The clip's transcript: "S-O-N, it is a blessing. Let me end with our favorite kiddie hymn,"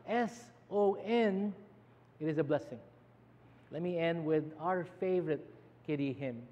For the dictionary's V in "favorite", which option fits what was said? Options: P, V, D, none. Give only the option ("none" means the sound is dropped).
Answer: V